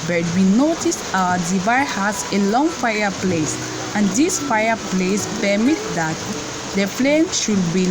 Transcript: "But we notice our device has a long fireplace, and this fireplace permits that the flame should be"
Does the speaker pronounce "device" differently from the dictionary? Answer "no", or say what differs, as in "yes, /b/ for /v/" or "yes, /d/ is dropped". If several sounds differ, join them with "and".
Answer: yes, /s/ is dropped